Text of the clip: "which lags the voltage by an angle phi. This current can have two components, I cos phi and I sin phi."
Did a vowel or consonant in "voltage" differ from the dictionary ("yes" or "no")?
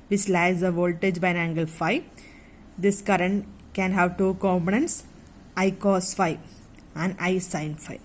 no